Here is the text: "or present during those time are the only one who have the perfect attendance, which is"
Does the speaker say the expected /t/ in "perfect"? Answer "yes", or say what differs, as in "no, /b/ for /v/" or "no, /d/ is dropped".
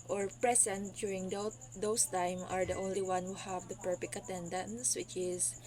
no, /t/ is dropped